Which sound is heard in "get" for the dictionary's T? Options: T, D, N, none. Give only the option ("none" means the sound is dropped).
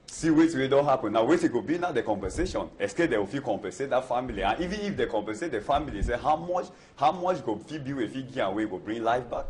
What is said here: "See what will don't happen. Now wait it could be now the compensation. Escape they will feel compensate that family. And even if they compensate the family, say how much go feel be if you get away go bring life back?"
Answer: none